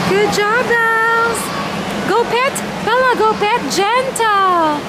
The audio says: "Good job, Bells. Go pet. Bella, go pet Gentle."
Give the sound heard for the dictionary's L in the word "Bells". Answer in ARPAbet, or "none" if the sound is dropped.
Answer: none